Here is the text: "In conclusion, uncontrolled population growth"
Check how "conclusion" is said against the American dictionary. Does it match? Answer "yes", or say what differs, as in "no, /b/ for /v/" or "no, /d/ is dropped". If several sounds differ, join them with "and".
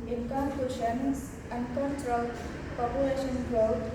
no, /l/ is dropped and /ʃ/ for /ʒ/